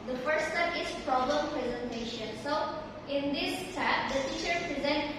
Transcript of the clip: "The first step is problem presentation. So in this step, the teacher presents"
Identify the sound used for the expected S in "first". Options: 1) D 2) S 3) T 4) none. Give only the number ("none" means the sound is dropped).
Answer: 4